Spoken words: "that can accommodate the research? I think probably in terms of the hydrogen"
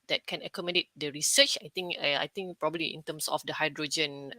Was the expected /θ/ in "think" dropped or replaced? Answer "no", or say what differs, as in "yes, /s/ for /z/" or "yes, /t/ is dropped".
yes, /t/ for /θ/